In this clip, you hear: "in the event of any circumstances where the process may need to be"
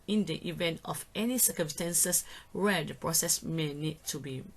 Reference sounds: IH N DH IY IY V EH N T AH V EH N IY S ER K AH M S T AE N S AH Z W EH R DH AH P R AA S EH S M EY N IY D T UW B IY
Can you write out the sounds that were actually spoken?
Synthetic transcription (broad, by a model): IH N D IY IY V EH N T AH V EH N IY S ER K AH M S T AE N S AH S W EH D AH P R AA S EH S M EY N IY D T UW B IY